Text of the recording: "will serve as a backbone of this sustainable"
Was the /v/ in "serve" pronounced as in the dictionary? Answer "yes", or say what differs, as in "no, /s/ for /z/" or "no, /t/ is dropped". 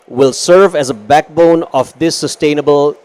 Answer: yes